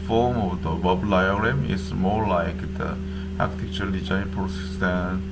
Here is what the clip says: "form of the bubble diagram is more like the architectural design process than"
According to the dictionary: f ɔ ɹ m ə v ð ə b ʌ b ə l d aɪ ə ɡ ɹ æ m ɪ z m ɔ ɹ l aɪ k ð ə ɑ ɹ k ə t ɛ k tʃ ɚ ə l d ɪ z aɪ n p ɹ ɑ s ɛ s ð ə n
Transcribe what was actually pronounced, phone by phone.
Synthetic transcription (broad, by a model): f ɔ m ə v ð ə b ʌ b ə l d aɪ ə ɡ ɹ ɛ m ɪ s m ɔ l aɪ k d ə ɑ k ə t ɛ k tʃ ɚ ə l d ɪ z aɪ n p ɹ ɑ s ɛ s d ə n